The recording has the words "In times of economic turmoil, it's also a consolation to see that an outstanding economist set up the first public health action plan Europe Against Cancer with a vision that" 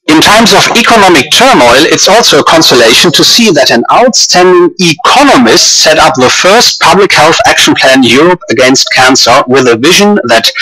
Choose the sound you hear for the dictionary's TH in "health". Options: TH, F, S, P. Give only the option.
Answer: TH